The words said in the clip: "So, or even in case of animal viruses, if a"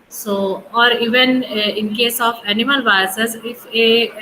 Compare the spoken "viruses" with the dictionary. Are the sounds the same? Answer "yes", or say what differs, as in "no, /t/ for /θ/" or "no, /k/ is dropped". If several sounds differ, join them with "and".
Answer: no, /ɹ/ is dropped